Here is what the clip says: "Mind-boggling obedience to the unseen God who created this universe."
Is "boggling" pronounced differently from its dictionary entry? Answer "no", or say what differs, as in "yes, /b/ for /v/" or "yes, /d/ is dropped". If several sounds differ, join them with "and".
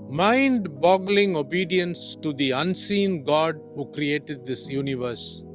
no